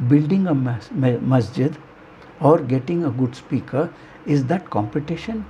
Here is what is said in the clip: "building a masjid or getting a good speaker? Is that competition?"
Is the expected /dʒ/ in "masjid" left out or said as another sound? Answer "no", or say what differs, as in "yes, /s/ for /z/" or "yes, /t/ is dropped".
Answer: no